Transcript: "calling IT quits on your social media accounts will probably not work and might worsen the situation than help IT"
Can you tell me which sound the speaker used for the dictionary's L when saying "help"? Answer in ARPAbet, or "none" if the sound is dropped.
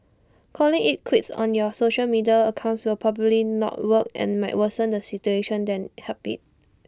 none